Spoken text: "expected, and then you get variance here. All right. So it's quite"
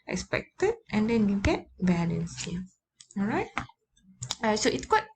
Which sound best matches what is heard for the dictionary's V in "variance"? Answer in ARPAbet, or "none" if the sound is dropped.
B